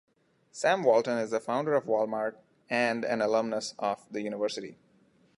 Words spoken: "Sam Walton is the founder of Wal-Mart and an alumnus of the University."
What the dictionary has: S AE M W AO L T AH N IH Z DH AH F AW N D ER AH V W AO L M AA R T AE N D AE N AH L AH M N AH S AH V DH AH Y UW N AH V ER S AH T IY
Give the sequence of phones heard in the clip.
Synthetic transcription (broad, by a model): S AE M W AO L T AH N IH Z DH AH F AW N D ER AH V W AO L M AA R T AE N D AE N AH L AH M N AH S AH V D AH Y UW N AH V ER S AH T IY